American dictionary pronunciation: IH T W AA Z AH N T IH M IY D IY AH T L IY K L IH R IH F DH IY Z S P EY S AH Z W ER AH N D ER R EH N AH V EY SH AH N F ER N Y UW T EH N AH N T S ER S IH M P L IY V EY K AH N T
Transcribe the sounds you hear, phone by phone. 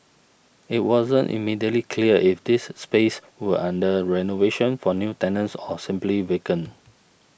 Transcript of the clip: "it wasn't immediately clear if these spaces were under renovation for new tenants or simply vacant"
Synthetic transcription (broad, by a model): IH T W AA Z AH N T IH M IY D IY AH T L IY K L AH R IH F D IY S P EY S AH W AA N D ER R EH N AH V EY SH AH N F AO N Y UW T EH N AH N S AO S IH M P L IY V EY K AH N